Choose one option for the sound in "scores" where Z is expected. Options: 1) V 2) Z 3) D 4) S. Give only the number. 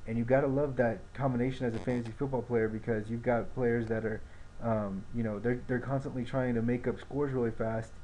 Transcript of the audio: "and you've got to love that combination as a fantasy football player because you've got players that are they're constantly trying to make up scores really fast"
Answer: 2